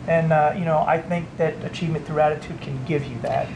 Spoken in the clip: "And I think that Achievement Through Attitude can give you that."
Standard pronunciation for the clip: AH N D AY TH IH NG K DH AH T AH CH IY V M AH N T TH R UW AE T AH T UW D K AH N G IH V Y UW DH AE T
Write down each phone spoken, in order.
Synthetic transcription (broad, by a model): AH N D AY TH IH NG K DH AH T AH CH IY V M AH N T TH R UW AE T AH T UW D K AH N G IH V Y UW DH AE T